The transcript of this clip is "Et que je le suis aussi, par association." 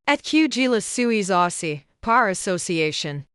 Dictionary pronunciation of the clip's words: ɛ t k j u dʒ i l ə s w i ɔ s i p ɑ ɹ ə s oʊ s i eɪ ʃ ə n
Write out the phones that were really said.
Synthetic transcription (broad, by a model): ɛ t k j u dʒ i l ə s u i ɔ s i p ɑ ɹ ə s oʊ s i eɪ ʃ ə n